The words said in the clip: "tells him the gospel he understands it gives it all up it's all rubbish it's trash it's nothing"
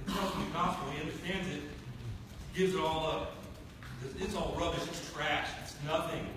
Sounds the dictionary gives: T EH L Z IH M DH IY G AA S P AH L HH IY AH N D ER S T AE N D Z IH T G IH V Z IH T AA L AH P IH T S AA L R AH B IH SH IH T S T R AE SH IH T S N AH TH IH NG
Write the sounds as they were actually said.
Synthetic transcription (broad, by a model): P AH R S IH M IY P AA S AH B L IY AH N D ER S T AE N D Z IH T G IH V Z IH T AA L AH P IH T S AA L R AH B IH SH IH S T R AE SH IH T S N AH TH IH NG